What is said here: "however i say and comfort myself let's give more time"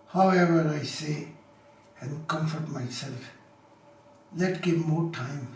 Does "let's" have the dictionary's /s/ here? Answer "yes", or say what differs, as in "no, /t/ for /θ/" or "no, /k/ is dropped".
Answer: no, /s/ is dropped